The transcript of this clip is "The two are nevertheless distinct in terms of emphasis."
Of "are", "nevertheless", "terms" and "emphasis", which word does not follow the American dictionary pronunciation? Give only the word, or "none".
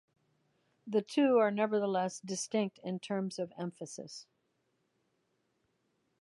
none